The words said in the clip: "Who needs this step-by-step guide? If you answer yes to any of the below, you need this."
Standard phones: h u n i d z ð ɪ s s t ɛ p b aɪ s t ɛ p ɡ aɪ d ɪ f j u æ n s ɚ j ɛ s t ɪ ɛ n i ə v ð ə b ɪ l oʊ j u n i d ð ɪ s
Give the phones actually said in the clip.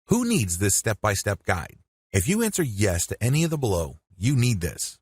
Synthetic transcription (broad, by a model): h u n i d z ð ɪ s s t ɛ p b aɪ s t ɛ p ɡ aɪ d ɪ f j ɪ æ n s ɚ j ɛ s t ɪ ɛ n i ə v ð ə b ɪ l oʊ j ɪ n i d ð ɪ s